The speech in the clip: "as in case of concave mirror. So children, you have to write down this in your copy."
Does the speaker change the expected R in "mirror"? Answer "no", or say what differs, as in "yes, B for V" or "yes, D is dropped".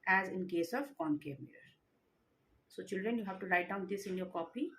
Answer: yes, R is dropped